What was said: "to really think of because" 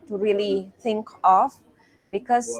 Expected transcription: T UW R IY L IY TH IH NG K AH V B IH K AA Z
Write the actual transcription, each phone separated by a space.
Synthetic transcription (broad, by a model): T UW R IY L IY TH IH NG K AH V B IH K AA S